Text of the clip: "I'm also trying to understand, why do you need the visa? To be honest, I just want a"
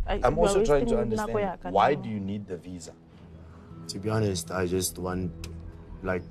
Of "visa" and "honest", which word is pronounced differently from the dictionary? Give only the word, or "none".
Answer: none